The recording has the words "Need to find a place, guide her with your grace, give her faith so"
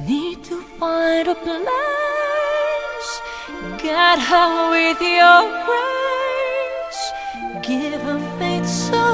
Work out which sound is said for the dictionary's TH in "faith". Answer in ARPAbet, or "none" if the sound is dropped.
T